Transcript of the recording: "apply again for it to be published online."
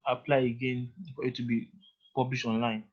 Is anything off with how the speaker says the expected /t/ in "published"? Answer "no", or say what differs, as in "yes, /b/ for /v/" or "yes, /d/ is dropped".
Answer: yes, /t/ is dropped